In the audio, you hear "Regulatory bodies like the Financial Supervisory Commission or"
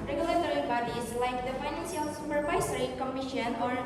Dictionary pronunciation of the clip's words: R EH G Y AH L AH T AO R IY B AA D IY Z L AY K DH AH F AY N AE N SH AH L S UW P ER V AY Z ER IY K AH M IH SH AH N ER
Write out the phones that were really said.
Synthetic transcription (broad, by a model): R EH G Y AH L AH T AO R IY B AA D IY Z L AY K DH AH F AY N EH N S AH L S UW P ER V AY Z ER IY K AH M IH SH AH N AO